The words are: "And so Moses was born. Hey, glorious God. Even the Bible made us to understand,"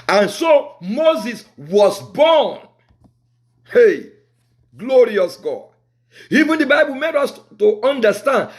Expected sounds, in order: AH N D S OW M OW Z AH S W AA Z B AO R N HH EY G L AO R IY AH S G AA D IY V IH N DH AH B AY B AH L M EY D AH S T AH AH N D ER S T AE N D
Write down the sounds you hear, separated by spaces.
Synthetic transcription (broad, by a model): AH N S OW M OW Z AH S W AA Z B AO N HH EY G L AO R IY AH S G AA D IY V IH N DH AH B AY B AH L M EY D AH S T AH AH N D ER S T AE N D